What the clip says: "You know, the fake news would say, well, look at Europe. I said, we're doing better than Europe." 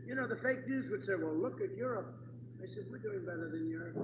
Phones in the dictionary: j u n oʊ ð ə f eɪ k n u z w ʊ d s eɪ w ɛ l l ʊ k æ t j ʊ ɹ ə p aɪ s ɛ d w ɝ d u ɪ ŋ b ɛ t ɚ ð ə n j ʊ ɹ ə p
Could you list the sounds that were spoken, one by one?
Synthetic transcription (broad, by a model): j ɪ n oʊ ð ə f eɪ k n u z w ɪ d s eɪ w ɛ l l ʊ k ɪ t j ʊ ɹ ə p aɪ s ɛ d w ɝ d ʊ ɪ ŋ b ɛ t ɚ ð ə n j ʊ ɹ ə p